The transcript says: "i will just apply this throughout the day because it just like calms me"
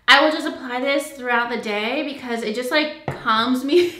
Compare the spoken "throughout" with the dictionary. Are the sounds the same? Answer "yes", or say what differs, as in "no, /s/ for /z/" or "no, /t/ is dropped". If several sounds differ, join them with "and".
yes